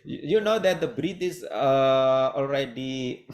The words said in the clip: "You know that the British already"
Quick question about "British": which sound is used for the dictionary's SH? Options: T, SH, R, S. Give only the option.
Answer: S